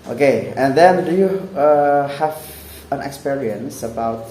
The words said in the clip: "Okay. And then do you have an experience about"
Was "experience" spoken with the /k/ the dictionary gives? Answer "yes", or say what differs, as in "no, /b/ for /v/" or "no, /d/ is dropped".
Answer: yes